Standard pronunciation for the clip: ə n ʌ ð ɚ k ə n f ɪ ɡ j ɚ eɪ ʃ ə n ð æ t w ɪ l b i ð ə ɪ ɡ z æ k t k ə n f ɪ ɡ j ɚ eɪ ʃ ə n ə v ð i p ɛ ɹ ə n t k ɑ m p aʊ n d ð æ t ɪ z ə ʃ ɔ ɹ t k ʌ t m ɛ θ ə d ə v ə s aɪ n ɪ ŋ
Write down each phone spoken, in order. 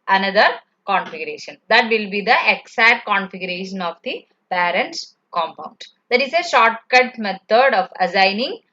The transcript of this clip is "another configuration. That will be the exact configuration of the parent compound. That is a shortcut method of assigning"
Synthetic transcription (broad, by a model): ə n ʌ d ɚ k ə n f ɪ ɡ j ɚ eɪ ʃ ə n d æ t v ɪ l b i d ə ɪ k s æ t k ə n f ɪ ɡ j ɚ eɪ ʃ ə n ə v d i p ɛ ɹ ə n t k ɑ m p aʊ n d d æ t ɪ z ə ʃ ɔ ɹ t k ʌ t m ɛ t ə d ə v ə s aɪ n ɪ ŋ